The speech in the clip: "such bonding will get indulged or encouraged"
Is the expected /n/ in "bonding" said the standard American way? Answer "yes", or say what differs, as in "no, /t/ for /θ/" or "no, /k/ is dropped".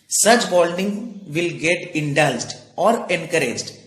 no, /l/ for /n/